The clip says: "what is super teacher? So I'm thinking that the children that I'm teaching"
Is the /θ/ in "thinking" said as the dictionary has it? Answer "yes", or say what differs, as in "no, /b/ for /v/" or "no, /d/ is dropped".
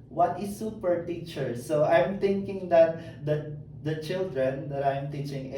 no, /t/ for /θ/